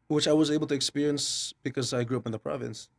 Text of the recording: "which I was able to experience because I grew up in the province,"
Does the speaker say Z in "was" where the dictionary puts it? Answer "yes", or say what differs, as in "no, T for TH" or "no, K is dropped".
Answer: yes